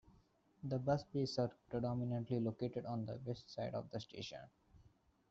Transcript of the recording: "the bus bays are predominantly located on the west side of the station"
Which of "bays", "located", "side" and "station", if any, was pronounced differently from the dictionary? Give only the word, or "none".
bays